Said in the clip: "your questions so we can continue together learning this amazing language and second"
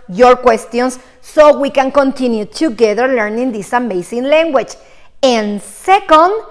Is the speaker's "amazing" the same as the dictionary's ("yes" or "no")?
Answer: no